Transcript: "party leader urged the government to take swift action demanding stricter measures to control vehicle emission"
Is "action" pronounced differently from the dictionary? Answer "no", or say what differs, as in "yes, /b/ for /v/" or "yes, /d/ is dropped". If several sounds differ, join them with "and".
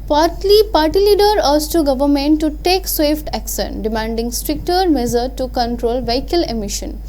yes, /s/ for /ʃ/